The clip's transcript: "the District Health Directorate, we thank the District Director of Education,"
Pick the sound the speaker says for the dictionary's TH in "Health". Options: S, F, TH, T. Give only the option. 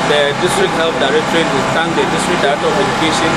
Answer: F